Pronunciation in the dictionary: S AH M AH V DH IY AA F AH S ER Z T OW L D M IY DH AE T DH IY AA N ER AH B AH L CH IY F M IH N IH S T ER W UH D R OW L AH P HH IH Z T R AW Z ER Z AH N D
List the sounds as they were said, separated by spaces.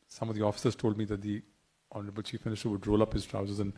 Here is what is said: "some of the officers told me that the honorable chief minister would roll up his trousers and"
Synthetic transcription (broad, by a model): S AH M AH V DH IY AA F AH S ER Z T OW L D M IY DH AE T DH IY AA N ER AH B AH L CH IY F M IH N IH S T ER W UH D R OW L AH P HH IH Z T R AW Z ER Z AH N